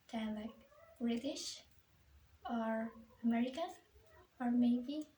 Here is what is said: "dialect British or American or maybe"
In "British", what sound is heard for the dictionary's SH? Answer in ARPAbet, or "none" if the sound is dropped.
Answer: SH